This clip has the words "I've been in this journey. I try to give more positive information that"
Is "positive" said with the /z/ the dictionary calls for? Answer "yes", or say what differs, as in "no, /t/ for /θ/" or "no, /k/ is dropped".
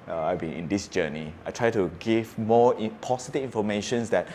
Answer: no, /s/ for /z/